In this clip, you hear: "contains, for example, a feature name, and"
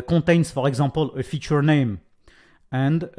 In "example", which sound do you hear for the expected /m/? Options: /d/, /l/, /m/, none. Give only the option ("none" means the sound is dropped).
none